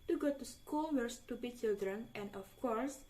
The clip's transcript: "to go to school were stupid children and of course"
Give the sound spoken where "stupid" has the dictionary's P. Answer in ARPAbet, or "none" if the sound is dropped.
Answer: B